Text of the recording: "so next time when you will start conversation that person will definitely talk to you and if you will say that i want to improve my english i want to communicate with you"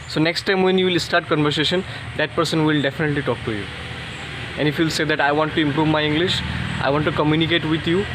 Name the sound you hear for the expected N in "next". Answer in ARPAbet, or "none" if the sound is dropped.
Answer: N